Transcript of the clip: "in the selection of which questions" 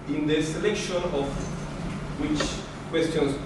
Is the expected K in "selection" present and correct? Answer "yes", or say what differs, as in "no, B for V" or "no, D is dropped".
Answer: yes